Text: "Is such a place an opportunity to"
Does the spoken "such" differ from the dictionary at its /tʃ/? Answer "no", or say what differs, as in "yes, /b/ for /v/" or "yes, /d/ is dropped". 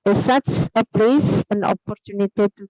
yes, /s/ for /tʃ/